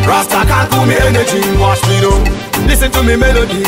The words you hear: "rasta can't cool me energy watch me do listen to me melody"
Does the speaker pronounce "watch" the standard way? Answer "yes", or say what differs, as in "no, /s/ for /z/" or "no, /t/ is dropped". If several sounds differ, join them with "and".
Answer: no, /ʃ/ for /tʃ/